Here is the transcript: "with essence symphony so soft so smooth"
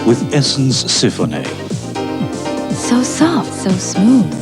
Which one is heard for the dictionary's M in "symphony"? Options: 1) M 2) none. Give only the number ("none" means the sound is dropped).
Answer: 2